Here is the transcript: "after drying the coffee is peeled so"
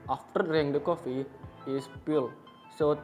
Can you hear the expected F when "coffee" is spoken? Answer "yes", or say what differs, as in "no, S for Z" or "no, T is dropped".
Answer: yes